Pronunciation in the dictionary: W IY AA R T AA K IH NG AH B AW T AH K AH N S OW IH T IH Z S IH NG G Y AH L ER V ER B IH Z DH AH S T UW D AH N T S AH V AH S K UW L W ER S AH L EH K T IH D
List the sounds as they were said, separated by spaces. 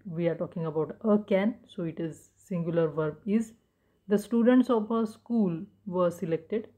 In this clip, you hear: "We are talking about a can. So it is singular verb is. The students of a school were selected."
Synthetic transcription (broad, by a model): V IY AA R T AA K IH NG AH B AW T AH K AH N S OW IH T IH Z S IH NG G Y AH L ER V ER B IH Z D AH S T UW D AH N T S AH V AH S K UW L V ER S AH L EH K T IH D